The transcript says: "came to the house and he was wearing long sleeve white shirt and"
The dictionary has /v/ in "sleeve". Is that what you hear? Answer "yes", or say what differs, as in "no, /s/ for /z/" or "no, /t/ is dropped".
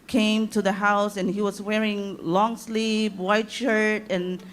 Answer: no, /p/ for /v/